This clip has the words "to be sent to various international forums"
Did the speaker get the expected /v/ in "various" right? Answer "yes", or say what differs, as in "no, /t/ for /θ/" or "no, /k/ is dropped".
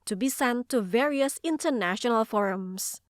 yes